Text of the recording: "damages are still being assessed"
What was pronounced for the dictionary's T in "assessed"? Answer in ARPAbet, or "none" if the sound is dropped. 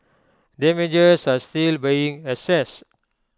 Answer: none